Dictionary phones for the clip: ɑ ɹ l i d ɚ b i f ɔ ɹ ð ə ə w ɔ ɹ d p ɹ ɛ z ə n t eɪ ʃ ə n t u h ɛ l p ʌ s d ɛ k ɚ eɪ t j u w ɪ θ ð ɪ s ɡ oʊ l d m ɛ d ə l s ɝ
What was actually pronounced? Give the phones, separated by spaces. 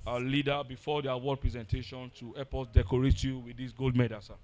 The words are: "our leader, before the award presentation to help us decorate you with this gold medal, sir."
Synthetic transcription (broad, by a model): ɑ l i d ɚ b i f ɔ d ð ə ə w ɔ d p ɹ ɛ z ə n t eɪ ʃ ə n t u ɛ p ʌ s d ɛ k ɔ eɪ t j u w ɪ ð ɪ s ɡ oʊ l d m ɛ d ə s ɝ